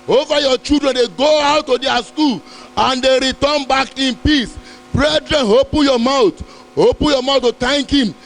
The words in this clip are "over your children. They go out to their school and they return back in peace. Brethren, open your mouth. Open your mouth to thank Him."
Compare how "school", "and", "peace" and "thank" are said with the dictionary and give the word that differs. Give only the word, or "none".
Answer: thank